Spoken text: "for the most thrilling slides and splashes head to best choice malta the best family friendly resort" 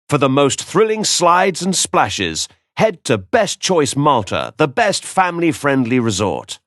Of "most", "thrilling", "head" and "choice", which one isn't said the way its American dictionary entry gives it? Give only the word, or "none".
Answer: none